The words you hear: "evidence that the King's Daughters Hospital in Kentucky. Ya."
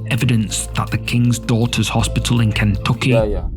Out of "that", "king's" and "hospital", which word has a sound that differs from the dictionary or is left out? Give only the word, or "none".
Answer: none